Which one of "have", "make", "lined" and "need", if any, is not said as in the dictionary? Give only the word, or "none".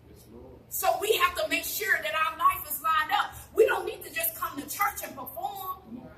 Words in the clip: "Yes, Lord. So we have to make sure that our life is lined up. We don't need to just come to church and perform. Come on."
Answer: have